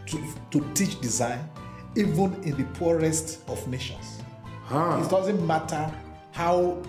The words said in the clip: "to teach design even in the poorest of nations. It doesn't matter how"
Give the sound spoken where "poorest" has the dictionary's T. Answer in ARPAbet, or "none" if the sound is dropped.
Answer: T